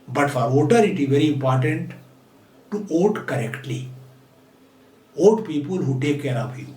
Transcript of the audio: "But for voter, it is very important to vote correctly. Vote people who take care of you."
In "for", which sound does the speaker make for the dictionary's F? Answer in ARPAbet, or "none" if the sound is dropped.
F